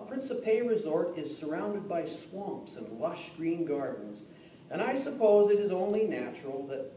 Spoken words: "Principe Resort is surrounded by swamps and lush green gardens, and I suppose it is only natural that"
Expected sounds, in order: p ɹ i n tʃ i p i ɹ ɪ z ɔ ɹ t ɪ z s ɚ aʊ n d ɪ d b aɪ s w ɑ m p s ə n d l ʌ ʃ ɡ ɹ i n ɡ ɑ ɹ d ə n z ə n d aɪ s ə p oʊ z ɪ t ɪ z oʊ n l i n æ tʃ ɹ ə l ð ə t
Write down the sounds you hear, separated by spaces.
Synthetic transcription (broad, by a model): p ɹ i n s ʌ p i ɹ ɪ z ɔ ɹ t ɪ z s ɚ aʊ n d ɪ d b aɪ s w ɑ m p s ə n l ʌ ʃ ɡ ɹ i n ɡ ɑ ɹ d n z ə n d aɪ s ə p oʊ z ɪ t ɪ z oʊ n l i n æ tʃ ɹ l ð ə t